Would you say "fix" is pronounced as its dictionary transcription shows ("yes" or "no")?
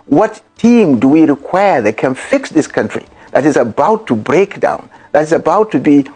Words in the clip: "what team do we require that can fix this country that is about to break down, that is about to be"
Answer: yes